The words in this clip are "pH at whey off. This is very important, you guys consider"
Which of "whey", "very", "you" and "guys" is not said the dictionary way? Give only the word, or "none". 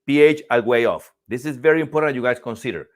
guys